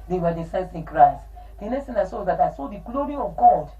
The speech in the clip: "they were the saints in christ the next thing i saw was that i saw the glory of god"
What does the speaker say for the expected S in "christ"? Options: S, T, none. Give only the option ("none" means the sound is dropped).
S